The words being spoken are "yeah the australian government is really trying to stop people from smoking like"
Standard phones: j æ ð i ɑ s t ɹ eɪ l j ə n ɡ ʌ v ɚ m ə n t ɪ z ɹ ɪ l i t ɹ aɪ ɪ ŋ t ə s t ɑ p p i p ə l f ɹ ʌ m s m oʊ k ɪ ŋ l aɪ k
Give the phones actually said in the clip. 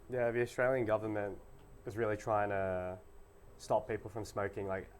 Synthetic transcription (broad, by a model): j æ ð i ɑ s t ɹ eɪ l j ə n ɡ ʌ v ɚ m ə n t ɪ z ɹ ɪ l i t ɹ aɪ ɪ ŋ t ə s t ɑ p p i p l f ɹ ʌ m s m oʊ k ɪ ŋ l aɪ k